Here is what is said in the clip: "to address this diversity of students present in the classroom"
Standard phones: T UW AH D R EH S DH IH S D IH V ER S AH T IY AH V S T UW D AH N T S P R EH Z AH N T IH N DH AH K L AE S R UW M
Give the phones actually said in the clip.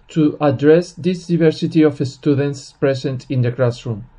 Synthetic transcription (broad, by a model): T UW AH D R EH S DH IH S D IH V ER S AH T IY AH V S T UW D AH N T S P R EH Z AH N T IH N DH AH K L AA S R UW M